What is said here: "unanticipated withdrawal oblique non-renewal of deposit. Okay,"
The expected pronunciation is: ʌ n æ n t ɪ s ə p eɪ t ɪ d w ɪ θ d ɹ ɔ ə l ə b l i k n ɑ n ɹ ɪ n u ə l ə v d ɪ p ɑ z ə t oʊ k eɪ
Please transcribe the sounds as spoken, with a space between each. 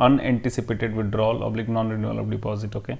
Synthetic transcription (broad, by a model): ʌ n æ n t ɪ s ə p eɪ t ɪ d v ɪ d ɹ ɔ l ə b l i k n ɑ n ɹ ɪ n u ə l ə b d ɪ p ɑ z ə t oʊ k eɪ